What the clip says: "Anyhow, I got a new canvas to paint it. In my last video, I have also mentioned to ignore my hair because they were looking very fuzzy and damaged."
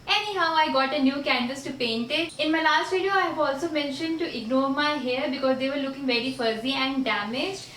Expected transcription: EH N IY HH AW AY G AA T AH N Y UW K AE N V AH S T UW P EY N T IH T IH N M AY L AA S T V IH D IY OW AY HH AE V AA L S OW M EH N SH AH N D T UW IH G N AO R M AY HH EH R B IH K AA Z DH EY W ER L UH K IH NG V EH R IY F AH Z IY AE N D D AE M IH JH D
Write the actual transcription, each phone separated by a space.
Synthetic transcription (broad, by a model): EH N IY HH AW AY G AA T AH N Y UW K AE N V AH S T UW P EY N T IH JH IH N M AY L AA S T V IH D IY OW AY HH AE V AA L S OW M EH N SH AH N D T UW IH G N AO R M AY HH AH R B IH K AA Z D EY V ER L UH K IH NG V EH R IY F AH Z IY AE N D D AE M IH JH